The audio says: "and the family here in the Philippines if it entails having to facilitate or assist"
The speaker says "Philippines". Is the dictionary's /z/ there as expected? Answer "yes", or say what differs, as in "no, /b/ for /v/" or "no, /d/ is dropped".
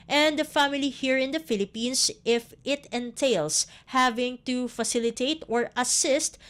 no, /s/ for /z/